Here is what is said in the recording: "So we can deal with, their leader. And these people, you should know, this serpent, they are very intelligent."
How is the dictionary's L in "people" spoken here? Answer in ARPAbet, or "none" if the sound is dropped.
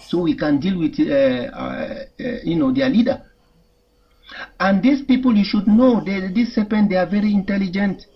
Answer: L